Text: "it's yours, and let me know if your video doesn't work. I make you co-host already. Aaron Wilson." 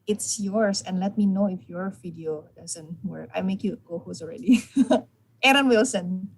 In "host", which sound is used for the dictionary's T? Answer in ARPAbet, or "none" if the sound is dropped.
none